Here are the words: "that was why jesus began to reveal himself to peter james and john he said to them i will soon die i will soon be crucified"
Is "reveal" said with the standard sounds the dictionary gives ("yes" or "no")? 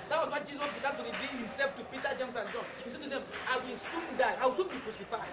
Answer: no